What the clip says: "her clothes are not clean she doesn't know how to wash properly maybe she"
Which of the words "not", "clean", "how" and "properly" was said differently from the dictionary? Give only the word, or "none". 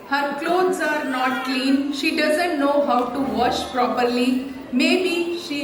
none